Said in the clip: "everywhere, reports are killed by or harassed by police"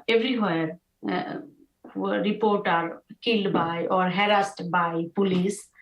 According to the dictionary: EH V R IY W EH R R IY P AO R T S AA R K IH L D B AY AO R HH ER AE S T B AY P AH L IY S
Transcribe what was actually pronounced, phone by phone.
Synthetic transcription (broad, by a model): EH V R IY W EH R R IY P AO R T AA R K IH L D B AY AO R HH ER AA S T B AY P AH L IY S